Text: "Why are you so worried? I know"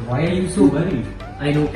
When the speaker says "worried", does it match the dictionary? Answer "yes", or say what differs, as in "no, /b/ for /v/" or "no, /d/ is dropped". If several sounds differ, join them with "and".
no, /d/ is dropped